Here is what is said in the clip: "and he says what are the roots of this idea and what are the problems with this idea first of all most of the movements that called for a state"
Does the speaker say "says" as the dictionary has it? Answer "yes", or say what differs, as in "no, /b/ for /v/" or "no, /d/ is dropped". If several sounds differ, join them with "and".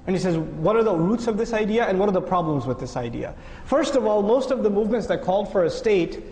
yes